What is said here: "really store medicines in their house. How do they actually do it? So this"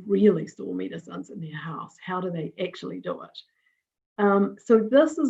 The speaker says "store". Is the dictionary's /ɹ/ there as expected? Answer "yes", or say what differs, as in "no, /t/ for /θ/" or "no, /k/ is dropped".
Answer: no, /l/ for /ɹ/